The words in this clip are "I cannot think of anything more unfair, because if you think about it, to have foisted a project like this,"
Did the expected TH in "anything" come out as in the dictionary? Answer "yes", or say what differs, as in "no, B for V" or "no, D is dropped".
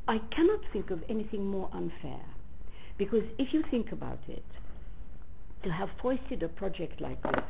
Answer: yes